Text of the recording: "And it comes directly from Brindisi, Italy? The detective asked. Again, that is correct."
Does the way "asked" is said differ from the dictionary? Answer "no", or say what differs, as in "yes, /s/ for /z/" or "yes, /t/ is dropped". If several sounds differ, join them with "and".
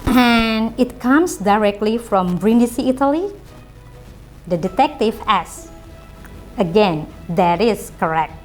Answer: yes, /t/ is dropped